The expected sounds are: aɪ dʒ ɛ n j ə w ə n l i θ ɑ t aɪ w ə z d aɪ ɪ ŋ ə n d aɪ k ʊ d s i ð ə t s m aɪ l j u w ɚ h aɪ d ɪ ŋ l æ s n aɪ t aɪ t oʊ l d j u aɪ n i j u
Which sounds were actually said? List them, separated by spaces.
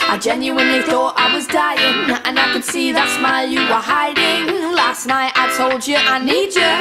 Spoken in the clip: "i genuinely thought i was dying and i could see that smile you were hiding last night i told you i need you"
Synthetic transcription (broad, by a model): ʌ dʒ ɛ n j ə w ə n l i θ ɑ t aɪ w ə z d aɪ ɪ ŋ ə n aɪ k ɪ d s i ð ə t s m aɪ l j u w ɚ h aɪ d ɪ ŋ l æ s n aɪ t aɪ t oʊ l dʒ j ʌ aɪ n i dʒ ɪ